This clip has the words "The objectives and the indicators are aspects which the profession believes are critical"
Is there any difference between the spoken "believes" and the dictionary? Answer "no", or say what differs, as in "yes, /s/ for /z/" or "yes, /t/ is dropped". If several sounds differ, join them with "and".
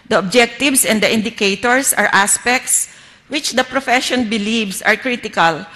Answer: yes, /s/ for /z/